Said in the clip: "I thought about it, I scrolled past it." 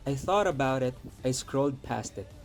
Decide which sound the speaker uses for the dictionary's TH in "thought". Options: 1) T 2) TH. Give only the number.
2